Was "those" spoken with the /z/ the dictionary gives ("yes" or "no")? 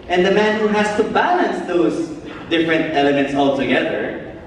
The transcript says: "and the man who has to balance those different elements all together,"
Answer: no